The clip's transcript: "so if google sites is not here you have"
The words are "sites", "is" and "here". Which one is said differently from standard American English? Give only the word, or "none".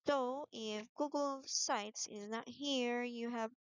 none